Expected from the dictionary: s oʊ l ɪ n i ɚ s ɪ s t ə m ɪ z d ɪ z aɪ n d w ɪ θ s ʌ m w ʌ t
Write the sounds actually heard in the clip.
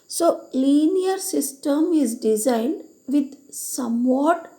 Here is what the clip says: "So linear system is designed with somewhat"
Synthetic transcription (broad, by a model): s oʊ l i n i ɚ s ɪ s t ə m ɪ z d ɪ z aɪ n d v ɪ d s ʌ m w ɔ t